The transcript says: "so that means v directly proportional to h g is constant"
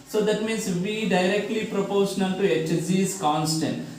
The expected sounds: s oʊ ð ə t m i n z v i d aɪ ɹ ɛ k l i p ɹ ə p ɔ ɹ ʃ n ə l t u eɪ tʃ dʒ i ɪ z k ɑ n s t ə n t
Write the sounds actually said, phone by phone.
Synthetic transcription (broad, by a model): s oʊ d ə t m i n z v i d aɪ ɹ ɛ k l i p ɹ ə p ɔ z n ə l t u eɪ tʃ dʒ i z k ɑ n s t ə n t